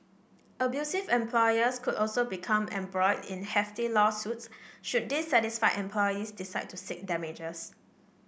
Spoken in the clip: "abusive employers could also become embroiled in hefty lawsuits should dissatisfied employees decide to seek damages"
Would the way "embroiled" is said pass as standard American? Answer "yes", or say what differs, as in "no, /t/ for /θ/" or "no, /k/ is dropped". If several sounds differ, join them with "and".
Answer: no, /l/ is dropped